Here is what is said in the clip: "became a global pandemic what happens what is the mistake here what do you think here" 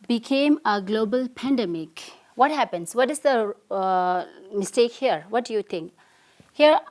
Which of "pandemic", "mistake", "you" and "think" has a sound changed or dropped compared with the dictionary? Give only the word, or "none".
think